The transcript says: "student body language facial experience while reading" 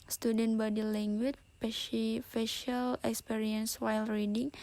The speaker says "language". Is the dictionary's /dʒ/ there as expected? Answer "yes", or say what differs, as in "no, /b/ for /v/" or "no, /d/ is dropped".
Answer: no, /ʃ/ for /dʒ/